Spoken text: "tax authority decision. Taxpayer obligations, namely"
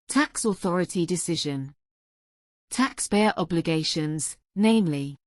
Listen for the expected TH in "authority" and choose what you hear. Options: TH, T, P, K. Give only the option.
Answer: TH